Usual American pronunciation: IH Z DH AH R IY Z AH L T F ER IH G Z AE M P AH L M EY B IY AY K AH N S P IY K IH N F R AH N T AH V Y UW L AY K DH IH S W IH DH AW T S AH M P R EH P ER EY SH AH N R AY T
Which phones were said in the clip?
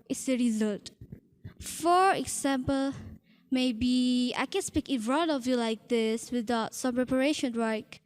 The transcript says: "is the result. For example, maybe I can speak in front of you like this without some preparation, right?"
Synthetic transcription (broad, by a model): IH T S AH R IY Z AH L T F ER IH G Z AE M P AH L M EY B IY AY K AH N S P IY K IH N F R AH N AH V Y UW L AY K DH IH S W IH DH AW T S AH M P R EH P ER EY SH AH N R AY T